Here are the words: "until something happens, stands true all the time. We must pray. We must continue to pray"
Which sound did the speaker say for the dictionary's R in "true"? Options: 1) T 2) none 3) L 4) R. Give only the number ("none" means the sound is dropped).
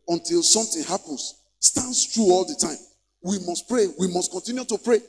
4